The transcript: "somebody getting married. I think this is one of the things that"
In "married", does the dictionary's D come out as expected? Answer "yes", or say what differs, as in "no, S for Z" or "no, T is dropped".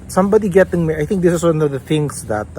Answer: no, D is dropped